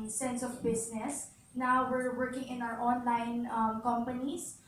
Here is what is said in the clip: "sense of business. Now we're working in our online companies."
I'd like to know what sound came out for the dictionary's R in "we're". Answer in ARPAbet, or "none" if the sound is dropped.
R